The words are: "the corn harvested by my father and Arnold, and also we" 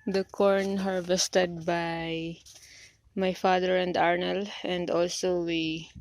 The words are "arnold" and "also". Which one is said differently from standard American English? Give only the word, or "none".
arnold